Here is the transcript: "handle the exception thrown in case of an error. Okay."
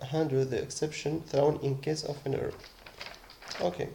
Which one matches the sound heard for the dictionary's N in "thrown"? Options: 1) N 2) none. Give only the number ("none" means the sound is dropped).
1